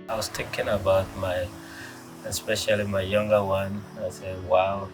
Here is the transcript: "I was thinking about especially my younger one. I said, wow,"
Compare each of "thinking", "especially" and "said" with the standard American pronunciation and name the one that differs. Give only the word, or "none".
thinking